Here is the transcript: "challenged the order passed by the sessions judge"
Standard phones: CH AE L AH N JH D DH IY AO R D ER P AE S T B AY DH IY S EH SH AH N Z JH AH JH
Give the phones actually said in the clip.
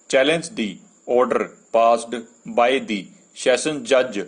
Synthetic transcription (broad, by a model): CH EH L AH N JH D IY AO R D ER P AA S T B AY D IY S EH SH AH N JH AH JH